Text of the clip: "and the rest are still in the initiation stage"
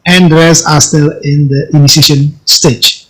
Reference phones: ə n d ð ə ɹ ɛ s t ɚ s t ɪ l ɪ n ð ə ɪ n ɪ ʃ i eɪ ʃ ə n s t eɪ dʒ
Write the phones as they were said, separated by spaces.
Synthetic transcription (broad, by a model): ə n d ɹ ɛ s ɑ s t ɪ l ɪ n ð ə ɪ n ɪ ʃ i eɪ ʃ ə n s t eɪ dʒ